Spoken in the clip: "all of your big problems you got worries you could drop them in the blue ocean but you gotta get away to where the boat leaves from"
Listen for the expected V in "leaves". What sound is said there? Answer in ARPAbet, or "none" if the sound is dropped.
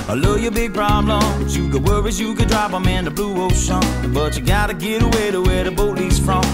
none